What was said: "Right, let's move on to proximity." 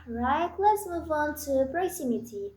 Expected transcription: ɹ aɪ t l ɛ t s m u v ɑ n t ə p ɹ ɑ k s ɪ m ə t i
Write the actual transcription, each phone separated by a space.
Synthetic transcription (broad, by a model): ɹ aɪ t l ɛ t s m u v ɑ n t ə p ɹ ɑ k s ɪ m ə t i